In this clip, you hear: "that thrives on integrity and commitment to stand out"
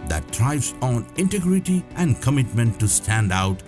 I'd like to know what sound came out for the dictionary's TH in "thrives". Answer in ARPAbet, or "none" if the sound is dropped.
T